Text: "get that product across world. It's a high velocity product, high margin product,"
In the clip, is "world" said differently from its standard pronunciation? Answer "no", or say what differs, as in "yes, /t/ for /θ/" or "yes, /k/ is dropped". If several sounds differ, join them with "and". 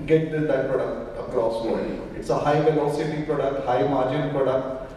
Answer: yes, /l/ is dropped